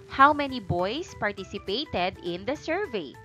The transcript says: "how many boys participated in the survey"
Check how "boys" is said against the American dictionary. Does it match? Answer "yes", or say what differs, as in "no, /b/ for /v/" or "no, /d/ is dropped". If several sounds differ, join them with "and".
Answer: no, /s/ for /z/